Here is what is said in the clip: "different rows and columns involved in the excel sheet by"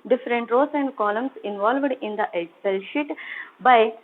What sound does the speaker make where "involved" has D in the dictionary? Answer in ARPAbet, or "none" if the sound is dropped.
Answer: D